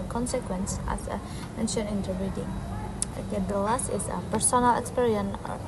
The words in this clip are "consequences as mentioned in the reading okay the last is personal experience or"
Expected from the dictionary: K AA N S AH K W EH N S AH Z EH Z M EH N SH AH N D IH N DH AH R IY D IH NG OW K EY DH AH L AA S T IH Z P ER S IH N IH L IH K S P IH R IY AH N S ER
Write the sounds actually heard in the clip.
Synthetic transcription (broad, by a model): K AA N S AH K W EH N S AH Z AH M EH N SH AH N IH N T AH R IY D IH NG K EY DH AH L AA S T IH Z P ER S IH N IH L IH K S P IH R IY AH N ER